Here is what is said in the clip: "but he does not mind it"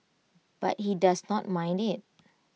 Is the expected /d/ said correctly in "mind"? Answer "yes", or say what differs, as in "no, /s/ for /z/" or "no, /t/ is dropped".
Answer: yes